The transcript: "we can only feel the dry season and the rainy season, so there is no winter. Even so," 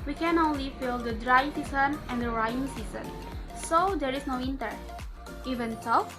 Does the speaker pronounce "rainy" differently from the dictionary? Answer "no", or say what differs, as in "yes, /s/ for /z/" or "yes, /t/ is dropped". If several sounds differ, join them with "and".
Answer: yes, /n/ is dropped